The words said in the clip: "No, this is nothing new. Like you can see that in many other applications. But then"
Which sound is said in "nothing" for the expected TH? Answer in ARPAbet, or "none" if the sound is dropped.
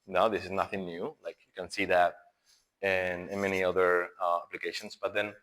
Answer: TH